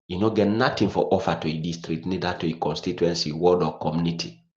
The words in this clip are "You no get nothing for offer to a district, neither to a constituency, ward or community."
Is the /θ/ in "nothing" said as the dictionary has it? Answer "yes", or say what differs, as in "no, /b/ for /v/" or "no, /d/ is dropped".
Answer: no, /t/ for /θ/